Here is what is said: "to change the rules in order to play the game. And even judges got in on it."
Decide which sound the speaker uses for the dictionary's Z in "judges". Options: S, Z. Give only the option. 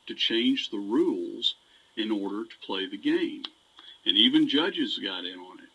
Z